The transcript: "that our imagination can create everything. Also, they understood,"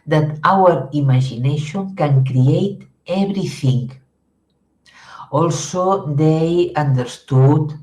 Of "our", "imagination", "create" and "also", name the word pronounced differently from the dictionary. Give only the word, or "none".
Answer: imagination